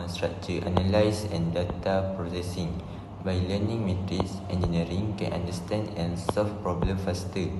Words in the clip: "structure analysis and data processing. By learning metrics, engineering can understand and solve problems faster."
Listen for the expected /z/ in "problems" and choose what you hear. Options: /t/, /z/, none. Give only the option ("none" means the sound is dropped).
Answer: none